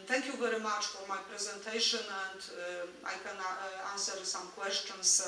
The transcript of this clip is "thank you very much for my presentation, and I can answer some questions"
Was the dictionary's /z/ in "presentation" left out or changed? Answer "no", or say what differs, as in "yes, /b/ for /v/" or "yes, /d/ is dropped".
no